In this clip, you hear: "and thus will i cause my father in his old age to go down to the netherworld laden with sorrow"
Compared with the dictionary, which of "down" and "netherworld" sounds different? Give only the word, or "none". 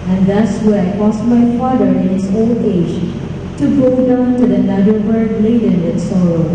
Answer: netherworld